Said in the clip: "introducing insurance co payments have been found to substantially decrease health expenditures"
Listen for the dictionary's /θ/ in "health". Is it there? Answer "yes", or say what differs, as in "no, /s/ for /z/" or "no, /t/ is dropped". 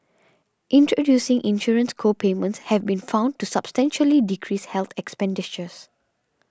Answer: no, /t/ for /θ/